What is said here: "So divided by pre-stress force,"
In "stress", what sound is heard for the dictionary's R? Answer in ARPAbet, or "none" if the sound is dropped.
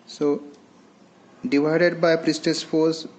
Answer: none